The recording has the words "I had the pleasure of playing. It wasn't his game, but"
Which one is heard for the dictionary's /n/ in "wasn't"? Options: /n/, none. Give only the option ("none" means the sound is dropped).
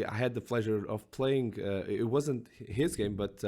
/n/